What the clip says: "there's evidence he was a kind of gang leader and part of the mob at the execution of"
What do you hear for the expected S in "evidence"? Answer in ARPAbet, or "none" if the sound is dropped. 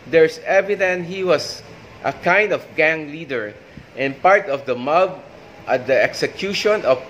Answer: none